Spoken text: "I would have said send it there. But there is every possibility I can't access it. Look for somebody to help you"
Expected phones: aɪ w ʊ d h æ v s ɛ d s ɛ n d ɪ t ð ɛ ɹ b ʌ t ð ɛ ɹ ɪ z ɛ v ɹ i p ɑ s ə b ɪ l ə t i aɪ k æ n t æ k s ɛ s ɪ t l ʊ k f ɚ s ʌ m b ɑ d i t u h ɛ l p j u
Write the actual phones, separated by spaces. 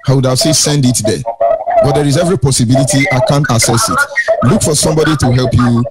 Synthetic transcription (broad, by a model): aɪ w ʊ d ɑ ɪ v s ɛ s ɛ n d ɪ t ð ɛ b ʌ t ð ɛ ɹ ɪ z ɛ v ɹ i p ɑ s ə b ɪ l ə t i aɪ k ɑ n t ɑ s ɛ s ɪ t l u k f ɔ s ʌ m b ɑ d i t u h ɛ l p j u